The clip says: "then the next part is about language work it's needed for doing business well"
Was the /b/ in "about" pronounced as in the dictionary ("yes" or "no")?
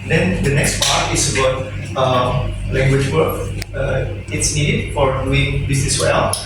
no